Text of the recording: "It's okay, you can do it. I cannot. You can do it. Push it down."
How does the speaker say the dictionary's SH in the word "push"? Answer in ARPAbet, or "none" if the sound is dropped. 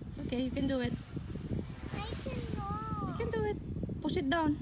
S